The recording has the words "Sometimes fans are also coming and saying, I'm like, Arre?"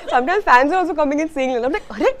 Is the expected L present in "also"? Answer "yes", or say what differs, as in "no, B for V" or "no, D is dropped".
no, L is dropped